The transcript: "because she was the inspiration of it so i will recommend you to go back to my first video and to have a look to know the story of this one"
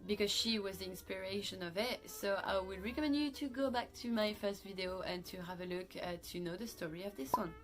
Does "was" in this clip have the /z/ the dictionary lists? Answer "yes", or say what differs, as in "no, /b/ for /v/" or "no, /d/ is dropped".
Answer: yes